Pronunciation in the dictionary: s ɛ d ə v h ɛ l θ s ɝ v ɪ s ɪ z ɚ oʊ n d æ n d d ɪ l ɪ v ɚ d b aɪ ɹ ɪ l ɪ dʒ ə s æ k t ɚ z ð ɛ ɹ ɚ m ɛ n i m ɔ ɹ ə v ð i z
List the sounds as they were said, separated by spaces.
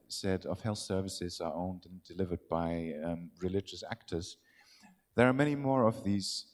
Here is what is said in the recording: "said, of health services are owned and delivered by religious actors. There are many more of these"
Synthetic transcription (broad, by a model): s ɛ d ə v h ɛ l θ s ɝ v ɪ s ɪ z ɚ oʊ n d n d d ɪ l ɪ v ɚ d b aɪ ɹ ɪ l ɪ dʒ ə s æ k t ɚ z ð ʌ ɹ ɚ m ɛ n i m ɔ ɹ ə v ð i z